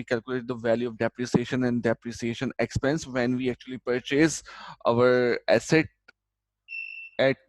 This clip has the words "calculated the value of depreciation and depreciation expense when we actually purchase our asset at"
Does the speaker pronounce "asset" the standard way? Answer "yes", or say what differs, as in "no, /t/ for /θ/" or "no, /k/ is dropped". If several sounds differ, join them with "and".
yes